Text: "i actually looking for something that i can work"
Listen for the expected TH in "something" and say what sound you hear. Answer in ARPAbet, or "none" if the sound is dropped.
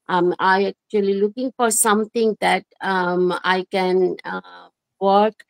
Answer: T